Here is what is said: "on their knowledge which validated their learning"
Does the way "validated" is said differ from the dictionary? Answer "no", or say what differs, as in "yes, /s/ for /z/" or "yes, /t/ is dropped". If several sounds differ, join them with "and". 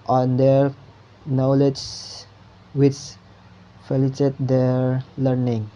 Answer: yes, /f/ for /v/